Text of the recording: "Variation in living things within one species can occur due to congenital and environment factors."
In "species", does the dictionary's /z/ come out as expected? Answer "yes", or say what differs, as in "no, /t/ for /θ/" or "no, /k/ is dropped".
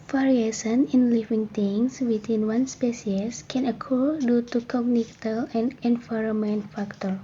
no, /s/ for /z/